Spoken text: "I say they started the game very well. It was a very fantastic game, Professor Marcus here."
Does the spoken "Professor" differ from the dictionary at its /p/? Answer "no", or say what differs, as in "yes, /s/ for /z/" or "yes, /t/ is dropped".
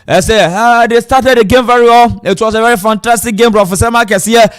yes, /b/ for /p/